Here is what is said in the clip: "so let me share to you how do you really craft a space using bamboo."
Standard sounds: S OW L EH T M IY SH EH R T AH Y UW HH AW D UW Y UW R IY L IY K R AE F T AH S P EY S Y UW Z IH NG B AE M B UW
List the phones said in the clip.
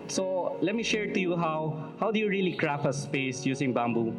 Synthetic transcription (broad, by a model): S OW L EH T M IY SH EH R T AH Y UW HH AW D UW Y UW R IY L IY K R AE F AH S P EY S Y UW S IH NG B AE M B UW